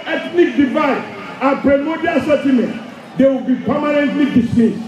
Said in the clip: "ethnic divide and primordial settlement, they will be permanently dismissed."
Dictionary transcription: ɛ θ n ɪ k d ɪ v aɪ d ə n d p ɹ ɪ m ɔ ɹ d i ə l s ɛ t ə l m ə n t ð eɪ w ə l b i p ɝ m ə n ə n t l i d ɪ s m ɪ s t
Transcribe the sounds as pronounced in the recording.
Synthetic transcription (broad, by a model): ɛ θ n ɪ k d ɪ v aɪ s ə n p ɹ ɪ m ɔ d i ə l s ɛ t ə m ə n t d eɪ w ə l b i p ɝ m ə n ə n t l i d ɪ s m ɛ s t